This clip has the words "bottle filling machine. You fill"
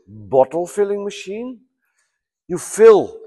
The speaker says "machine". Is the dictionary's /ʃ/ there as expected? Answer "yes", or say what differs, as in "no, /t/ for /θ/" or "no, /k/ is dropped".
yes